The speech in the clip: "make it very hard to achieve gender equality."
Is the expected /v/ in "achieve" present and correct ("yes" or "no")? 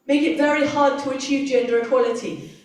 yes